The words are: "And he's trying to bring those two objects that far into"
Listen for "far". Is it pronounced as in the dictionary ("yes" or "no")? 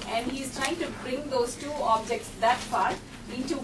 no